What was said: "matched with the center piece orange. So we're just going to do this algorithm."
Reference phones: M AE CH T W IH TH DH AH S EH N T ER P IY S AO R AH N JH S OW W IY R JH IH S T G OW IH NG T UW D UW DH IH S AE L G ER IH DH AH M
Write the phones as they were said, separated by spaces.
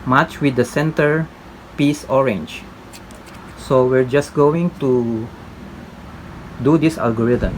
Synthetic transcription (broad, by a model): M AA CH W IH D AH S EH N T ER P IY S AO R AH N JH S OW W IY R JH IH S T G OW IH NG T UW D UW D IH S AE L G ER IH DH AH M